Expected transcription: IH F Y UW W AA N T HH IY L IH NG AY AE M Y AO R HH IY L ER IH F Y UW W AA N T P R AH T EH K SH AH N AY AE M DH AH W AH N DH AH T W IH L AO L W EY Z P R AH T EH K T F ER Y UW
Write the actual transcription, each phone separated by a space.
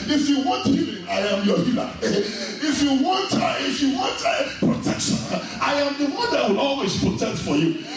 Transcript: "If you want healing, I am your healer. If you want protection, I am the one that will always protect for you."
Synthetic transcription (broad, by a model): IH F Y UW W AA N T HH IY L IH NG AY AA M Y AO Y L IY W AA IH F Y UW W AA N T P R AH T EH K SH AH N AY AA M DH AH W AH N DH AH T W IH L AO L W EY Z P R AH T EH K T F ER Y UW